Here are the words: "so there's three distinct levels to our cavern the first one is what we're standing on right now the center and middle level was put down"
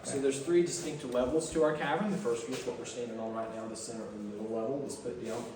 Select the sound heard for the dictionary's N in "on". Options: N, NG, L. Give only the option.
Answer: L